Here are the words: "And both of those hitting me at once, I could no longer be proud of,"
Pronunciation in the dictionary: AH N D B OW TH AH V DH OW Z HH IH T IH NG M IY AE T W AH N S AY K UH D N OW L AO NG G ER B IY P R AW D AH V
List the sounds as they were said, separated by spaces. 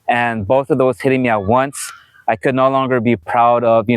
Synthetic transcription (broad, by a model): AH N B OW TH AH V DH OW Z HH IH T IH NG M IY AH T W AH N S AY K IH D N OW L AO NG G ER B IY P R AW D AH V